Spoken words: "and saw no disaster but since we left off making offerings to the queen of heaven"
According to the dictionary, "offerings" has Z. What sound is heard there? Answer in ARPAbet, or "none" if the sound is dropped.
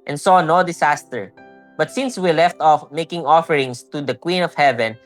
S